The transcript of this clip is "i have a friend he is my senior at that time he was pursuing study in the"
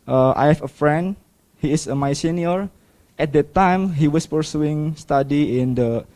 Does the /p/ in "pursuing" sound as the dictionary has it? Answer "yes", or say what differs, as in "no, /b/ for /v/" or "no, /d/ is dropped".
yes